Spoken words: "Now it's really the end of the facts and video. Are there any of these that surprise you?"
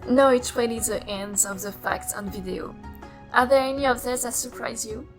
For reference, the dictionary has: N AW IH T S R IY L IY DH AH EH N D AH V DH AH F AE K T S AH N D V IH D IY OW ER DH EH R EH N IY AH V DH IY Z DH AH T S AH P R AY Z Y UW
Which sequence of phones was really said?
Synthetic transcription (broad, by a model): N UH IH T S W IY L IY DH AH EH N D AH V DH AH F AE K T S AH N V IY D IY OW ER DH EH R EH N IY AH V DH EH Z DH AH T S AH P R AY Z Y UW